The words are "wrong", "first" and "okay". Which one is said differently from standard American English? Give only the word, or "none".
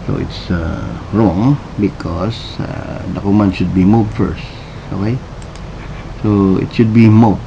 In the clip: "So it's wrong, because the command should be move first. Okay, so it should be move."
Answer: none